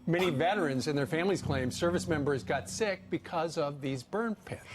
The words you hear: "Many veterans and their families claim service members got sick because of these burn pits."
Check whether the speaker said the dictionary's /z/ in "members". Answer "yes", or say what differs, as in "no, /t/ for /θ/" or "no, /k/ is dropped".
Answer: yes